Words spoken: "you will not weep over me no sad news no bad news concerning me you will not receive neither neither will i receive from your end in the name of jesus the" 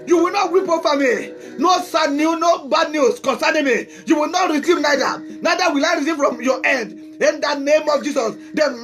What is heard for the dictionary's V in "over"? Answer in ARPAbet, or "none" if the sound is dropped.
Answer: F